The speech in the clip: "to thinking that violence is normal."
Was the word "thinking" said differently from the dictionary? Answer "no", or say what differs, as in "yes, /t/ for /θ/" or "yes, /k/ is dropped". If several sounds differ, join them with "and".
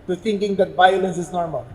yes, /t/ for /θ/